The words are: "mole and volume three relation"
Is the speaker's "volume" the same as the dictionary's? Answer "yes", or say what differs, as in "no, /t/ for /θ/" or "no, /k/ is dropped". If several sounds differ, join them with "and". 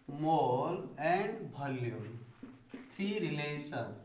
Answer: no, /b/ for /v/